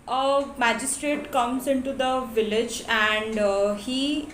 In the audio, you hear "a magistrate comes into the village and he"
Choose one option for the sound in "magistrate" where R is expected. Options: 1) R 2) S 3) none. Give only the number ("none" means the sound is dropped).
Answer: 1